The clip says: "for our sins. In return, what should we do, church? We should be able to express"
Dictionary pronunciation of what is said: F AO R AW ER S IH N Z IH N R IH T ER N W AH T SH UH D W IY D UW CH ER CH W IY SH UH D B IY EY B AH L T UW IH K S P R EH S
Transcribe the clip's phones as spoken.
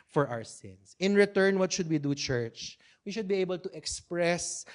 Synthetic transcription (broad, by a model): F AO R AW ER S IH N S IH N R IH T ER N W AH T SH UH D W IY D UW CH ER CH W IY SH UH D B IY EY B AH L T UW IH K S P R EH S